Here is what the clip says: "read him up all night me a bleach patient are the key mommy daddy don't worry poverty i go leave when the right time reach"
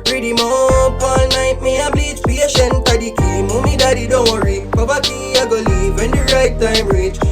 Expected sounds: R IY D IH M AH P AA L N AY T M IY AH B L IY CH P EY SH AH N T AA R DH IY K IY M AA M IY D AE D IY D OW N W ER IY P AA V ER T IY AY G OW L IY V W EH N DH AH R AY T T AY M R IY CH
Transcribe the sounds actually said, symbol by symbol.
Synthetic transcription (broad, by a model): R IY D IH M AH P AA L N AY T M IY AH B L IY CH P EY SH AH N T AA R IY K IY M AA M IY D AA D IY D OW N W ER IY B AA B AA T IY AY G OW L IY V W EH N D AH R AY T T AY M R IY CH